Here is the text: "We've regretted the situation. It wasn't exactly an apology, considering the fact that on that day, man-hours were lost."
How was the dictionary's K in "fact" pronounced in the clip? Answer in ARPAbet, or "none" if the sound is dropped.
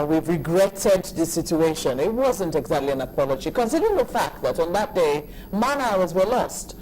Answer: K